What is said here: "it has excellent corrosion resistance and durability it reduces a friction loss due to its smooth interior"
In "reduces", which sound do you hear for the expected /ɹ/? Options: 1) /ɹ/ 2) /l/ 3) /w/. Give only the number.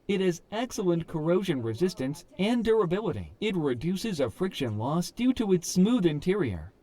1